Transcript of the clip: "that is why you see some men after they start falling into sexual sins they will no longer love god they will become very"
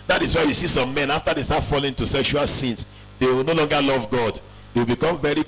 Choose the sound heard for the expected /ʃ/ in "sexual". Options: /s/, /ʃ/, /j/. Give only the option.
/ʃ/